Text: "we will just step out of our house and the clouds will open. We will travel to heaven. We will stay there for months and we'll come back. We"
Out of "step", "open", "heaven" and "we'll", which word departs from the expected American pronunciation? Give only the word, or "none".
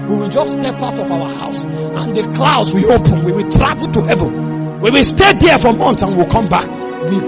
none